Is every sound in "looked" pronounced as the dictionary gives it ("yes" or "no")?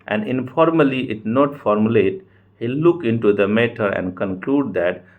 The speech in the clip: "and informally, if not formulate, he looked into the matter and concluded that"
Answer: no